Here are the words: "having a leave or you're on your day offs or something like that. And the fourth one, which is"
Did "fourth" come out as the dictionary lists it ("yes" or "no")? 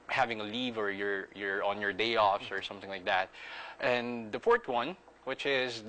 no